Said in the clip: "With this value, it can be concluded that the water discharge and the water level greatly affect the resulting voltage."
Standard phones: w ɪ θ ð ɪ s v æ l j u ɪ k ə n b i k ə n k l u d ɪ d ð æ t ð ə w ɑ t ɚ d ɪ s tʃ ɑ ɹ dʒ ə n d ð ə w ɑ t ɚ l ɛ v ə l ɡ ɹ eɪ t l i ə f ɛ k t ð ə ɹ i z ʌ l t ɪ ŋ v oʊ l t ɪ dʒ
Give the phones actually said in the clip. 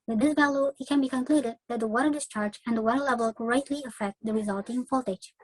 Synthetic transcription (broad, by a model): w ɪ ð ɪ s v æ l j u ɪ k ə n b i k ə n k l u d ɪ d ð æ t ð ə w ɑ t ɚ d ɪ s tʃ ɑ ɹ dʒ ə n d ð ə w ɑ t ɚ l ɛ v ə l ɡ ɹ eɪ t l i ə f ɛ k t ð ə ɹ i z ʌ l t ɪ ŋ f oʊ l t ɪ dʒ